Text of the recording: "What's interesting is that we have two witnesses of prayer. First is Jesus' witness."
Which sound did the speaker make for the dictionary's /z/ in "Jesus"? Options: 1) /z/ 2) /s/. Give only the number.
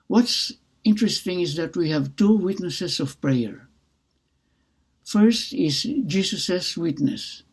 2